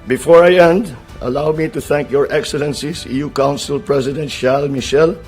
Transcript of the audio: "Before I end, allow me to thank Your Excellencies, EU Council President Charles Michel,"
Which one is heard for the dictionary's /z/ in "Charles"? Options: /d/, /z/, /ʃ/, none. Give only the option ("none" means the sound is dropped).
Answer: none